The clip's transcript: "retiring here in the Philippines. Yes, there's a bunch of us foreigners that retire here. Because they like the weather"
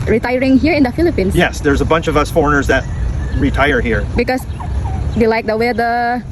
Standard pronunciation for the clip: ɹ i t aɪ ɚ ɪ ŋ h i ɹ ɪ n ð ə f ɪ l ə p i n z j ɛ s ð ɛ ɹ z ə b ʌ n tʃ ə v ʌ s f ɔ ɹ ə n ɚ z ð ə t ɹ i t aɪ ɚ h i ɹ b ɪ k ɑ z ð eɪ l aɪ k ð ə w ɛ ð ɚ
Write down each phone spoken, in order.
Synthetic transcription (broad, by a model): ɹ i t aɪ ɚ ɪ ŋ h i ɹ ɪ n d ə f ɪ l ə p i n s j ɛ s ð ɛ ɹ z ə b ʌ n tʃ ə v ʌ s f ɔ ɹ ə n ɚ z ð ə t ɹ i t aɪ ɚ h i ɹ b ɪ k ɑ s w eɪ l aɪ k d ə w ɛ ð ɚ